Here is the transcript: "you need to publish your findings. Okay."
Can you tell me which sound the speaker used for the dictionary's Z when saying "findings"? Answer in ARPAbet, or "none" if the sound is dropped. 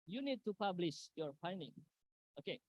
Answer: none